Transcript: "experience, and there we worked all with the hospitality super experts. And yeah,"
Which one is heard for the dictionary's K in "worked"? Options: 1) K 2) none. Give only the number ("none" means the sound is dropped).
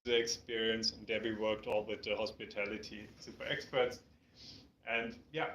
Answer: 1